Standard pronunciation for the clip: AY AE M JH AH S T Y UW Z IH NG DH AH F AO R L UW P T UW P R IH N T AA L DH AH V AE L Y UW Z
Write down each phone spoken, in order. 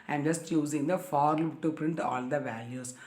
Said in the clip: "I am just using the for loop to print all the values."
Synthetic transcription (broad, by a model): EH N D JH AH S T Y UW Z IH NG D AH F AO R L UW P T UW P R IH N T AA L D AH V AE L Y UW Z